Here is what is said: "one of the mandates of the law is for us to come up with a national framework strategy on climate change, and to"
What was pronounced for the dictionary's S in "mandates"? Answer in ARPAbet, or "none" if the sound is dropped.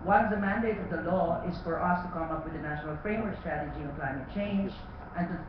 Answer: none